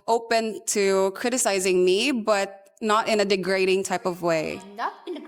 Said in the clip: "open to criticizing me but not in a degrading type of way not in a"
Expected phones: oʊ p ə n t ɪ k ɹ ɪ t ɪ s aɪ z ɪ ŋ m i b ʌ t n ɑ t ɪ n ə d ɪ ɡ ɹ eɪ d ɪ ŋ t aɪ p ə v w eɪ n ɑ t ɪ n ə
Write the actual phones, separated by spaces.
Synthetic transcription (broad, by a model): oʊ p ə n t ɪ k ɹ ɪ t ɪ s aɪ z ɪ ŋ m i b ʌ t n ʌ t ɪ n ə d ɪ ɡ ɹ eɪ d ɪ ŋ t aɪ p ə v w eɪ ɪ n